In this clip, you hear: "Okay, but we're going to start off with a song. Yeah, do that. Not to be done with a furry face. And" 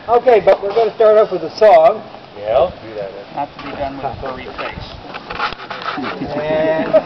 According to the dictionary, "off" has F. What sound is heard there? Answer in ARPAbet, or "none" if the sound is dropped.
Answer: P